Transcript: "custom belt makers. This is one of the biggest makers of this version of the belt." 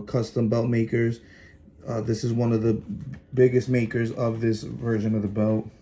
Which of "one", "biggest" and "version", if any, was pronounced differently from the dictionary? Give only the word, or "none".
none